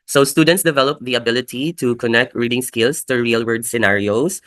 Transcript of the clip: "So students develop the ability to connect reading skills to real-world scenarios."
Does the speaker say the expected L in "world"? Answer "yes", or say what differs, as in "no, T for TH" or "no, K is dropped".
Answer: no, L is dropped